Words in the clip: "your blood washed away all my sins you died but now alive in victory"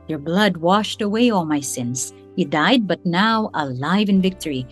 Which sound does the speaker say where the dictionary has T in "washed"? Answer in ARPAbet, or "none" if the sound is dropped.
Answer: T